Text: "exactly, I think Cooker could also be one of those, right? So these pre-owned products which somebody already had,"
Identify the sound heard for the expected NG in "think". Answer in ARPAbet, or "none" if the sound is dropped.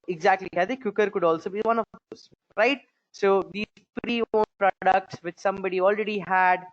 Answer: none